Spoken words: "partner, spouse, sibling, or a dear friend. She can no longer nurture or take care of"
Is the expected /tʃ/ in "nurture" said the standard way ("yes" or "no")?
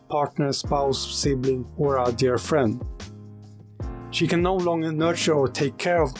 yes